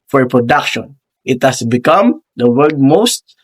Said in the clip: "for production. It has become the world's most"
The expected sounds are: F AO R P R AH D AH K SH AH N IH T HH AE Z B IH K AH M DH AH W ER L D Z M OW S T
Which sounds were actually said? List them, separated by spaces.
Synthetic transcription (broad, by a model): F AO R P R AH D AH K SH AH N IH T HH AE S B IH K AH M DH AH W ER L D M OW S T